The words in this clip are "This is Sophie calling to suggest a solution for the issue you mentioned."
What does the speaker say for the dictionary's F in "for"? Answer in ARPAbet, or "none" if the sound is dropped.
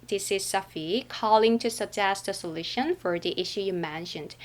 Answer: F